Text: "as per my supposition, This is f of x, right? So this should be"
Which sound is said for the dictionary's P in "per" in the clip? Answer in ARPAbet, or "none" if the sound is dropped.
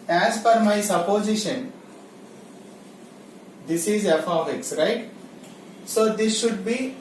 F